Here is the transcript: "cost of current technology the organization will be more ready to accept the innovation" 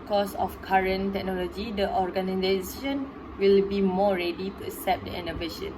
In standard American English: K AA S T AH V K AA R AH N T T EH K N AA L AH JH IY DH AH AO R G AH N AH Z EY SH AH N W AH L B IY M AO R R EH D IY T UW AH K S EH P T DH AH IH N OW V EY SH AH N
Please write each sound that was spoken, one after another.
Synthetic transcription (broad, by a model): K AA S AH F K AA R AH N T T EH K N AA L AH JH IY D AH AO R G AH N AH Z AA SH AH N W AH L B IY M AO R R EH D IY T UW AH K S EH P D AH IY N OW V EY SH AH N